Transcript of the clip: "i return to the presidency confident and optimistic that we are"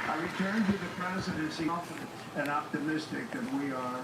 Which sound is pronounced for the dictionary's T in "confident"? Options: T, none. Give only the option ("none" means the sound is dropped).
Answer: none